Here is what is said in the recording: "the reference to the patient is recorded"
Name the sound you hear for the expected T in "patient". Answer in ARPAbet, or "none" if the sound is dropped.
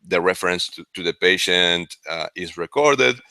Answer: T